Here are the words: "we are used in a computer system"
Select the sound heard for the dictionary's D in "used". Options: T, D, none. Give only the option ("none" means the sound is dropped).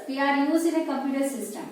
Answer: none